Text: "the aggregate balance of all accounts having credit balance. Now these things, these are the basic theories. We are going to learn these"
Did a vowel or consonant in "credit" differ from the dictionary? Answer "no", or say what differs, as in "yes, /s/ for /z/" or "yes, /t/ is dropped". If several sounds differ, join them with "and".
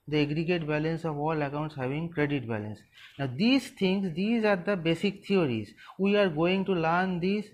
no